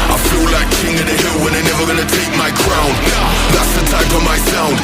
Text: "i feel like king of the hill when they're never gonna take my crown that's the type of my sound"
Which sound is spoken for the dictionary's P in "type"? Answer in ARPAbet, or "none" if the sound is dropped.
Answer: F